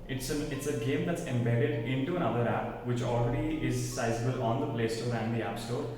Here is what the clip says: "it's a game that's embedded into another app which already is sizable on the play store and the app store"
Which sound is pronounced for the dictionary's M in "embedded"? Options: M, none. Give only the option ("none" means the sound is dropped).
M